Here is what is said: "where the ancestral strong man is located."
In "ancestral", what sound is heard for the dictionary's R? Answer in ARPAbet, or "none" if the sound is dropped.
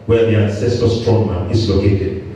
none